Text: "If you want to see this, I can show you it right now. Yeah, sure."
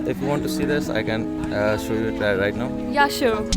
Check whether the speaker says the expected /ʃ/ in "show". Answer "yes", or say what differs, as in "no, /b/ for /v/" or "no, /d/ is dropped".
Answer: yes